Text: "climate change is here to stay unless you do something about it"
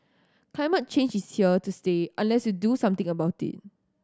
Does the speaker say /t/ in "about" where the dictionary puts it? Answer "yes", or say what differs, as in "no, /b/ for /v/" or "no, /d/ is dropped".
yes